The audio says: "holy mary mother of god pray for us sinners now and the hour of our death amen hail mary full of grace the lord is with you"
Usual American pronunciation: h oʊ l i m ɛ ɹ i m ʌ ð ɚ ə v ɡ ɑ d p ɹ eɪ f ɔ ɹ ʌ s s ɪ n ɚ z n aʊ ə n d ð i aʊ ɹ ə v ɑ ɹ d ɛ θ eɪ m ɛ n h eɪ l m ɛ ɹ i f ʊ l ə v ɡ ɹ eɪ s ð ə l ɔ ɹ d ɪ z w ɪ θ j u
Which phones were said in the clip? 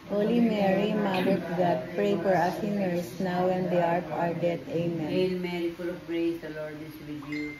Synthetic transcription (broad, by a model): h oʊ l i m ɛ ɹ i m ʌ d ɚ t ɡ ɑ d p ɹ eɪ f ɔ ɹ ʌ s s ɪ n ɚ s n aʊ ə n d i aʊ ɹ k ɑ ɹ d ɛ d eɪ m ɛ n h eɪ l m ɛ ɹ i f ʊ l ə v ɡ ɹ eɪ s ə l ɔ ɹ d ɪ s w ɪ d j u